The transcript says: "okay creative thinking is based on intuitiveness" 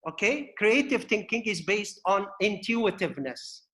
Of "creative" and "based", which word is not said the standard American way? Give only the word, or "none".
none